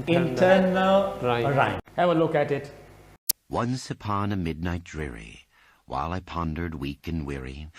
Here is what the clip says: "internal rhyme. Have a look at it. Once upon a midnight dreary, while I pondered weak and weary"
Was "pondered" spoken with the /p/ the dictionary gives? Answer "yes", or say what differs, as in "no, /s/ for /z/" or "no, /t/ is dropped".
yes